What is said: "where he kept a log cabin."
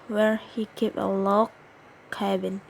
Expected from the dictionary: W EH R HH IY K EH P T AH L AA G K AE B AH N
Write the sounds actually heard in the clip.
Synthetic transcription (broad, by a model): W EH R HH IY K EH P AH L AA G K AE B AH N